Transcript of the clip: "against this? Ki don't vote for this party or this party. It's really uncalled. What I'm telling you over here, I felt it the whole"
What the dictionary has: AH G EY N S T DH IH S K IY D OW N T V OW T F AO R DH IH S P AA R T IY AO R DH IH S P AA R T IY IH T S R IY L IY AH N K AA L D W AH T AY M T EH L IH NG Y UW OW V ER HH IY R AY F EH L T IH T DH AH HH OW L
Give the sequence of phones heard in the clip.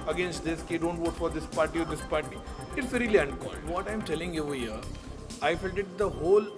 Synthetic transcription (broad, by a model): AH G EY N S T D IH S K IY D OW N T V OW T F AO R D IH S P AA R T IY AO R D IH S P AA R T IY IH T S R IY L IY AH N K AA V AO T AY M T EH L IH NG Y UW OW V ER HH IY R AY F EH L T IH T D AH HH OW L